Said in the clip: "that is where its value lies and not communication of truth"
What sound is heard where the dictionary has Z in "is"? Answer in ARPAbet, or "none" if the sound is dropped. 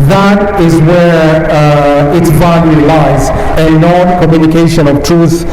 Z